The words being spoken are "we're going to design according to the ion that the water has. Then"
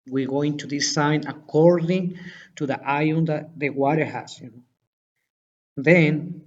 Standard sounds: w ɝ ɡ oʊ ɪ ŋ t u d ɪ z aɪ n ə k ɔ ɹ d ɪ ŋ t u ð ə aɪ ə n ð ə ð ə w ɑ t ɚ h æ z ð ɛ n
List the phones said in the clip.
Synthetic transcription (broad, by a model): w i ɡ oʊ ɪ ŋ t u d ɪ s aɪ n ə k ɔ ɹ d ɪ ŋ t u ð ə aɪ ə n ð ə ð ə w ɑ t ɚ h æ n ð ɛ n